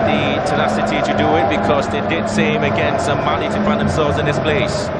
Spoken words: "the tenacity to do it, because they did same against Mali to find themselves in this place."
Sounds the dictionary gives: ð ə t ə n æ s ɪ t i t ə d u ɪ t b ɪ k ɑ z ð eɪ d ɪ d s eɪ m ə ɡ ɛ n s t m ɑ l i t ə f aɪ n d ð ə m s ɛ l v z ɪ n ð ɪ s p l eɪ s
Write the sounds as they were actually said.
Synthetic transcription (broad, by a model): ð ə t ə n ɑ s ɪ t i t ə d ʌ ɪ t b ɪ k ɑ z ð eɪ d ɪ d s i m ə ɡ ɛ n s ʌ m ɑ n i t ə f aɪ n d ð ə m s ɛ l v z ɪ n ð ɪ s p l eɪ s